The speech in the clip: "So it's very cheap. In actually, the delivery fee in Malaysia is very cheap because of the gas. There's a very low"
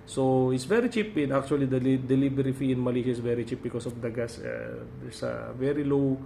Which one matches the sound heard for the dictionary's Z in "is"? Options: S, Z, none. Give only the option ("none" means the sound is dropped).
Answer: S